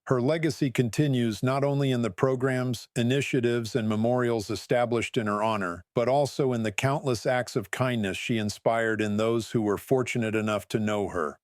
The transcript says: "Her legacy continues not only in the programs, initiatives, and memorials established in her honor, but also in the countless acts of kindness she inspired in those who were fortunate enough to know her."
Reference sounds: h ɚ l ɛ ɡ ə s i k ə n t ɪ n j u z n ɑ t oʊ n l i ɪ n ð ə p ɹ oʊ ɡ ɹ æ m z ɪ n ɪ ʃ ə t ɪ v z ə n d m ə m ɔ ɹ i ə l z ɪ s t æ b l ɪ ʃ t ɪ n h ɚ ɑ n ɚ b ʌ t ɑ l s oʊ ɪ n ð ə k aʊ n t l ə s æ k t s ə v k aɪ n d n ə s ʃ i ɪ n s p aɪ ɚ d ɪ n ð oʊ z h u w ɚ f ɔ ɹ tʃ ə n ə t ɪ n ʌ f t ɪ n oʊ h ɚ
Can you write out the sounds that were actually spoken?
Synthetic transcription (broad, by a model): h ɚ l ɛ ɡ ə s i k ə n t ɪ n j u z n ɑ t oʊ n l i ɪ n ð ə p ɹ oʊ ɡ ɹ æ m z ɪ n ɪ ʃ ə t ɪ v z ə n m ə m ɔ ɹ i l z ɪ s t æ b l ɪ ʃ t ɪ n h ɚ ɑ n ɚ b ʌ t ɑ l s oʊ ɪ n ð ə k aʊ n t l ə s æ k t s ə v k aɪ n n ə s ʃ i ɪ n s p aɪ ɚ d ɪ n ð oʊ z h u w ɚ f ɔ ɹ tʃ ə n ə t ɪ n ʌ f t ɪ n oʊ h ɚ